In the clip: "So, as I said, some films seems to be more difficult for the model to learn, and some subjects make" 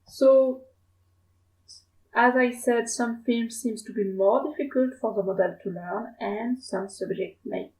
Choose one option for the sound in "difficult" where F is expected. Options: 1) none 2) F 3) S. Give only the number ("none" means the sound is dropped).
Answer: 2